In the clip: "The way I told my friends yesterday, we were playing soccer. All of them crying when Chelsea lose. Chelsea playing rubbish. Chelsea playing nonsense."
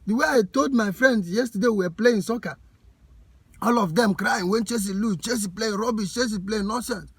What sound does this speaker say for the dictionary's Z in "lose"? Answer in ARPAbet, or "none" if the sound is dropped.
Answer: none